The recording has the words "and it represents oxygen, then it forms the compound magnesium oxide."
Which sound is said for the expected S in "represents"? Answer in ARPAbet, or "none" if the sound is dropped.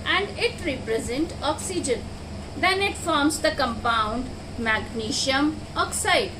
none